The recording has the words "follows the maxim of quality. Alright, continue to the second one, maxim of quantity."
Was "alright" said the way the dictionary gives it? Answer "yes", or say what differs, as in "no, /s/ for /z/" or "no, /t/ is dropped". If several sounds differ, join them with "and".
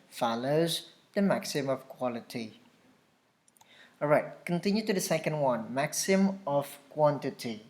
no, /l/ is dropped